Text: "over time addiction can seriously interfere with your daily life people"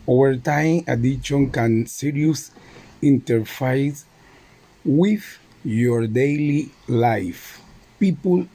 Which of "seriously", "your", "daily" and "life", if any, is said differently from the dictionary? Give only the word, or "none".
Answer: seriously